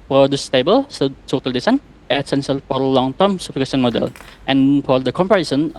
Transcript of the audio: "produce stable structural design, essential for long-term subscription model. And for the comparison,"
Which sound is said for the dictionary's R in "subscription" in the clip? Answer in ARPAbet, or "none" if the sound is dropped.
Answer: none